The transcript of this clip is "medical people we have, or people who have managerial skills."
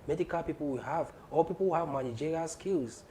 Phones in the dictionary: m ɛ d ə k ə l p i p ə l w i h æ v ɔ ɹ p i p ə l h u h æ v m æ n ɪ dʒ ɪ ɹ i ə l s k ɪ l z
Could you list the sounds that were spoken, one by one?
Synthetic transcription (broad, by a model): m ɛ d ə k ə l p i p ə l w i h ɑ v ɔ l p i p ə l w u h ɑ v m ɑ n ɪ dʒ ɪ ɹ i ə s k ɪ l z